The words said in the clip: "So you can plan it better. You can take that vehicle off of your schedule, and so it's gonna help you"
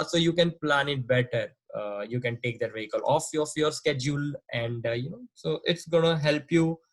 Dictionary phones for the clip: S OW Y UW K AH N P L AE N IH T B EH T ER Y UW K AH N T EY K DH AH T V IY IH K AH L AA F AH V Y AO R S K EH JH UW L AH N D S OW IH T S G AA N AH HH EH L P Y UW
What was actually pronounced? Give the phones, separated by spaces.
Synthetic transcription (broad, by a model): S OW Y UW K AH N P L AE N IH T B EH T ER Y UW K AH N T EY K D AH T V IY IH K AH L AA F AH F Y AO R S K EH JH UW L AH N D S OW IH T S G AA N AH HH EH L P Y UW